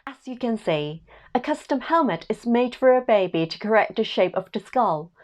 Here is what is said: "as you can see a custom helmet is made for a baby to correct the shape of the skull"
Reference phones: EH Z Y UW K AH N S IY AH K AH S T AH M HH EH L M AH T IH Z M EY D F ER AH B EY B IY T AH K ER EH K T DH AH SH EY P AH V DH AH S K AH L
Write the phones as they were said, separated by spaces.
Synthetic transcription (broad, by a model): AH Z Y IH K AH N S IY AH K AH S T AH M HH EH L M AH T IH Z M EY D F ER AH B EY B IY T AH K ER EH K T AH SH EY P AH V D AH S K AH L